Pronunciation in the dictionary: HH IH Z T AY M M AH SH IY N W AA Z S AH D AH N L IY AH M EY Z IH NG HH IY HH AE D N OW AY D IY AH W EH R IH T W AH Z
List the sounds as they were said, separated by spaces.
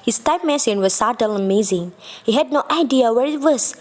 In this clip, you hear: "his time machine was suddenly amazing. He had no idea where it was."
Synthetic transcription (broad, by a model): HH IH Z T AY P M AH S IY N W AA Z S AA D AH L AH M EY Z IH NG HH IY HH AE D N OW AY D IY AH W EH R IH T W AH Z